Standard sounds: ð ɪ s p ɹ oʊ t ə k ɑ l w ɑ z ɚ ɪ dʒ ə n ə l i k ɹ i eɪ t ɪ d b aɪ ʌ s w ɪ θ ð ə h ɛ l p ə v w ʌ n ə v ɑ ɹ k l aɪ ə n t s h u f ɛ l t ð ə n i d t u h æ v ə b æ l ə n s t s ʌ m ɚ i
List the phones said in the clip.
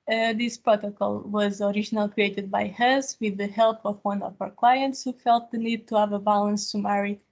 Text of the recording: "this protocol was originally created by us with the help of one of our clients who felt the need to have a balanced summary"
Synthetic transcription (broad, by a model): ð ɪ s p ɹ oʊ t ə k ɑ l w ɑ z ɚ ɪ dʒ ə n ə l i k ɹ i eɪ t ɪ d b aɪ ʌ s w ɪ ð ə h ɛ l p ə v w ʌ n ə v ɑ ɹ k l aɪ ə n t s h u f ɛ l t ð ə n i d t u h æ v ə b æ l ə n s s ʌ m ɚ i